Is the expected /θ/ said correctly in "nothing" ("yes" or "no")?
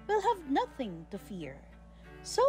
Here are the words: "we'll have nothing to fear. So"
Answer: yes